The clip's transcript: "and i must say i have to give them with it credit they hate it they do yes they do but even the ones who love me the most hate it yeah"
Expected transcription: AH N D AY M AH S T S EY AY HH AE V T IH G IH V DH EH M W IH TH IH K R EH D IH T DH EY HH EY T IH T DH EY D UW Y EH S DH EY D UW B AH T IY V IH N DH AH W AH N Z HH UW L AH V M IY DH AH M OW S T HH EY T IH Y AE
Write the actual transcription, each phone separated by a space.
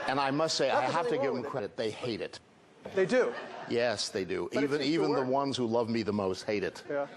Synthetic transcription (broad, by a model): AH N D AY M AH S T S EY AY HH AE F T IH G IH V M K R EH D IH T DH EY HH EY T IH T DH EY D UW Y EH S DH EY D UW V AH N IY V IH N DH AH W AH N Z HH UW L AH V M IY DH AH M OW S T HH EY T IH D